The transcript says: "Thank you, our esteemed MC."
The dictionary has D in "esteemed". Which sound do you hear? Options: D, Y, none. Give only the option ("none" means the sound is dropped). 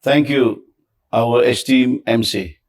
none